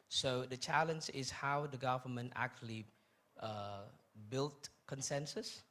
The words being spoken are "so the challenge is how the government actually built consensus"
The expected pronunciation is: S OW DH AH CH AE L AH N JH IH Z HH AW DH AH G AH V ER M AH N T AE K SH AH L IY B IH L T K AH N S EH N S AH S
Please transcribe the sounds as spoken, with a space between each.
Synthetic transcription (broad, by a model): S OW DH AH CH AE L AH N JH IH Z HH AW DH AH G AH V ER M AH N T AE K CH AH L IY B IH L T K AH N S EH N S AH S